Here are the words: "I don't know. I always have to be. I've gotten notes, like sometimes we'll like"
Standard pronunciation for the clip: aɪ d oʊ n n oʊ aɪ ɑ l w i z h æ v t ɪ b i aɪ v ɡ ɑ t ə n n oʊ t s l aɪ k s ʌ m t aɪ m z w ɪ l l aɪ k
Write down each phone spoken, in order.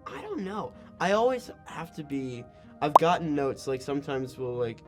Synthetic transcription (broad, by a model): aɪ d oʊ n n oʊ aɪ ɑ l w i z h æ f t ɪ b i aɪ v ɡ ɑ t n n oʊ t s l aɪ k s ʌ m t aɪ m z w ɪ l l aɪ k